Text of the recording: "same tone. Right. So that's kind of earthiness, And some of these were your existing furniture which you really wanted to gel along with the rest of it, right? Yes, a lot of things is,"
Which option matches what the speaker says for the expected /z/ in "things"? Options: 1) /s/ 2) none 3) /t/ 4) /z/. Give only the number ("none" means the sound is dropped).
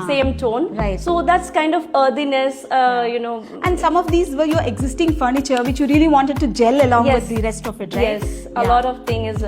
2